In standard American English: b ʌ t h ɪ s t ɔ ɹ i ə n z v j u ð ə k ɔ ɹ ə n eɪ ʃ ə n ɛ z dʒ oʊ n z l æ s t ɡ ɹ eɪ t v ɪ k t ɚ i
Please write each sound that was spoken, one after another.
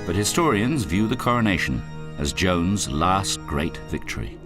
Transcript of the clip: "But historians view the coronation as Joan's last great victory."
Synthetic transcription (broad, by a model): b ʌ t h ɪ s t ɔ ɹ i ə n z v j u ð ə k ɔ ɹ ə n eɪ ʃ ə n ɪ z dʒ oʊ n z l æ s t ɡ ɹ eɪ t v ɪ k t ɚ i